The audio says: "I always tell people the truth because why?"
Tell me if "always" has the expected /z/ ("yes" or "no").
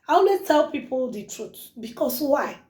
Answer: no